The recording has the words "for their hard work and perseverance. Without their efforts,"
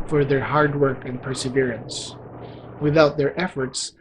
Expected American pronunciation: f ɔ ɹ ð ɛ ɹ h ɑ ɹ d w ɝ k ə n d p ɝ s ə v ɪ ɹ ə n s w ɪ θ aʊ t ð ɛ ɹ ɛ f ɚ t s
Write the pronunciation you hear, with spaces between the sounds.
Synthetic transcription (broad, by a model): f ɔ ɹ ð ɛ ɹ h ɑ ɹ d w ɝ k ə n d p ɝ s ə v ɪ ɹ ə n s w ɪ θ aʊ t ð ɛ ɹ ɛ f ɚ t s